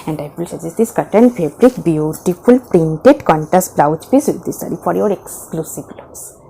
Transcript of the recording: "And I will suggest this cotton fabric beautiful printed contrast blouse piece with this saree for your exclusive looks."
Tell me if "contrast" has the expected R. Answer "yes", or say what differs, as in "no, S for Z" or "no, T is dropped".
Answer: no, R is dropped